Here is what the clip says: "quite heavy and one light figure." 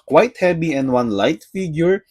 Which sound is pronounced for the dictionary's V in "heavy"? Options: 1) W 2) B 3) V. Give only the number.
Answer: 2